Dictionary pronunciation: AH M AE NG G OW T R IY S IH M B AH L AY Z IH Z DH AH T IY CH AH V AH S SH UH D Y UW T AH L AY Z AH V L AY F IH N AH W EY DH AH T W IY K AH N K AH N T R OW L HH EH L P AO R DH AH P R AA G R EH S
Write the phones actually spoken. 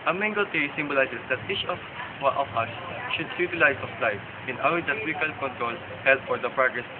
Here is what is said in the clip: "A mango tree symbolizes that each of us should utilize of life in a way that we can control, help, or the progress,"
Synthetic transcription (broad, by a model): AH M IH NG G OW T R IY S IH M B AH L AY S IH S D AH T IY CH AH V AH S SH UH D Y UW T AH L AY S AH F L AY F IH N AH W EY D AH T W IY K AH L K AH N T R OW L HH EH L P AO R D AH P R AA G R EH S